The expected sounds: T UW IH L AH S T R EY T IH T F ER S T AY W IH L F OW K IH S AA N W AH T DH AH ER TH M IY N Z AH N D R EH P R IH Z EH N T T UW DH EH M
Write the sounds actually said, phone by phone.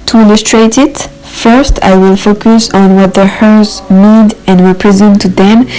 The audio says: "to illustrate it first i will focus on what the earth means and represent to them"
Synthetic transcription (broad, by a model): T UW IH L AH S T R EY T IH T F ER S T AY W IH L F OW K IH S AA N W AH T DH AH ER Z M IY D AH N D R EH P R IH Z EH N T T UW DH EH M